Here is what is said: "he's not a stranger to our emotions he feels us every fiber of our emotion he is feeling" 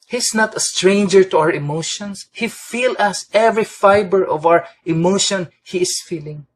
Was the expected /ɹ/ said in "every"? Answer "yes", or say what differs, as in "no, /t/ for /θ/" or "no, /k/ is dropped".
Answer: yes